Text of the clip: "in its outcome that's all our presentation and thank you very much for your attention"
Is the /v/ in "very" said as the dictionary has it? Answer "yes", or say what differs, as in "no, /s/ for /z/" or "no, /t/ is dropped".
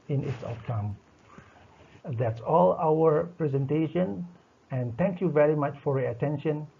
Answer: yes